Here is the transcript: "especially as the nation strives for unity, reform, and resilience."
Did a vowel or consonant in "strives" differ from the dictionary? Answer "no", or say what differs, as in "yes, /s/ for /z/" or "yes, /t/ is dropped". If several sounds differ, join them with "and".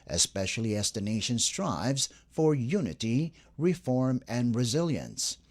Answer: no